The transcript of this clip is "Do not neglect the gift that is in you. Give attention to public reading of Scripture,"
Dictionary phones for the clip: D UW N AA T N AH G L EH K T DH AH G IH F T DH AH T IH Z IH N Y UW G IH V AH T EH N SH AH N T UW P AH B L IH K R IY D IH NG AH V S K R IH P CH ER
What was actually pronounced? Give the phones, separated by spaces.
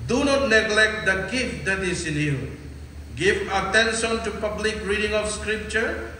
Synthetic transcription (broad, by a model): D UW N AA T N AH G L EH K T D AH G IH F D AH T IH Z IH N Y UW G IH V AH T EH N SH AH N T UW P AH B L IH K R IY D IH NG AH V S K R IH P CH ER